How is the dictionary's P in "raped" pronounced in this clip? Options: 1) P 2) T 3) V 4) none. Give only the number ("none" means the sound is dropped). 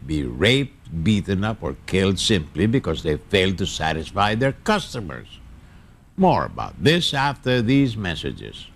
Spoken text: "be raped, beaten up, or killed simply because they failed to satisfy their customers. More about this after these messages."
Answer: 1